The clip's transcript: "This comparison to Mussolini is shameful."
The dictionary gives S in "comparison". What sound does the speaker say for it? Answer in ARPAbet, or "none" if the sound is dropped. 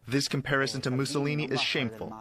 S